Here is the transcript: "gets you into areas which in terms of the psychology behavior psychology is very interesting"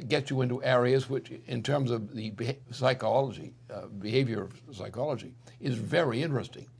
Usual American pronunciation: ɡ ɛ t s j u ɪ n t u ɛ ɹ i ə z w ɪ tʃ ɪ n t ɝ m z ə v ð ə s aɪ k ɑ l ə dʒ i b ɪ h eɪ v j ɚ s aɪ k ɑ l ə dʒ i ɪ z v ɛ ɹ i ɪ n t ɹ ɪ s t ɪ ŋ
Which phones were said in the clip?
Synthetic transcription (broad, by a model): ɡ ɛ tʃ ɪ ɪ n t u ɛ ɹ i ə z w ɪ tʃ ɪ n t ɝ m z ə v ð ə s aɪ k ɑ l ə dʒ i b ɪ h eɪ v j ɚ s aɪ k ɑ l ə dʒ i ɪ z v ɛ ɹ i ɪ n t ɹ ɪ s t ɪ ŋ